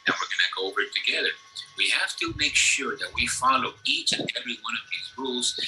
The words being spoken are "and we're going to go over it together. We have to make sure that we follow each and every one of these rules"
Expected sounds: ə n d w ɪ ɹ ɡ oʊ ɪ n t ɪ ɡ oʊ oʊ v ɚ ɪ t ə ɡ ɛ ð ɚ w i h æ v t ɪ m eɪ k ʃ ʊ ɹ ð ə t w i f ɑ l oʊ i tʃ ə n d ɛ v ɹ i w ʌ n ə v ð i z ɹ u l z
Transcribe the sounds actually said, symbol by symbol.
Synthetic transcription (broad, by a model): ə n w ɪ ɹ ɡ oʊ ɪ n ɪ ɡ oʊ oʊ v ɚ ɪ t ə ɡ ɛ ð ɚ w i h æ f t ɪ m eɪ k ʃ ʊ ɹ ð ə t w i f ɑ l oʊ i tʃ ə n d ɛ v ɹ i w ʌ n ə v ð i z ɹ u l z